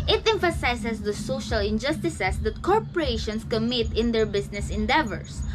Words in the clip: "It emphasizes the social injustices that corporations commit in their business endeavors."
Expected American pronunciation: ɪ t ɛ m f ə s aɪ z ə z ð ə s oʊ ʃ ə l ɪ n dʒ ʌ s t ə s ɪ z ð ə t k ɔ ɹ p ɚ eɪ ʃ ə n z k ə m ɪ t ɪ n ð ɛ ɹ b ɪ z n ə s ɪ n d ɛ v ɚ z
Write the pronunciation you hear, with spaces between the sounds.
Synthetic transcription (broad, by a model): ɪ t ɛ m f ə s aɪ s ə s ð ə s oʊ ʃ ə l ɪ n dʒ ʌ s t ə s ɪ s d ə t k ɔ ɹ p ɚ eɪ ʃ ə n s k ə m ɪ t ɪ n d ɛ ɹ b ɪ s n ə s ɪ n d ɛ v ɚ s